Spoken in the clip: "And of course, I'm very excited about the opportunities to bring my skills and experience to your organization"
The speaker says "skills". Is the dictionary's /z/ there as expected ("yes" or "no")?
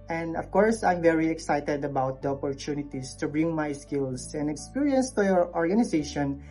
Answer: no